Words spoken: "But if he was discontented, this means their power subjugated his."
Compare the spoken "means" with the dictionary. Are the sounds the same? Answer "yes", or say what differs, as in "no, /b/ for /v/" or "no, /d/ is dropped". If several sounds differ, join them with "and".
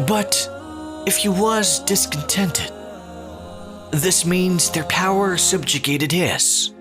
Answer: yes